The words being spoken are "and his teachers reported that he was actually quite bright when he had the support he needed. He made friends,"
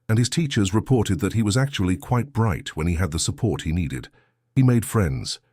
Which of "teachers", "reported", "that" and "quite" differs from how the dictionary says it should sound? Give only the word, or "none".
none